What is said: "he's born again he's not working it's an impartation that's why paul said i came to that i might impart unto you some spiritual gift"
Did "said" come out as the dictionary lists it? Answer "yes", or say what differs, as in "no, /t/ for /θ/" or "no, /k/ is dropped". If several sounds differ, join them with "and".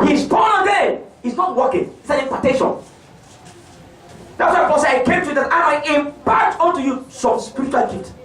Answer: no, /d/ is dropped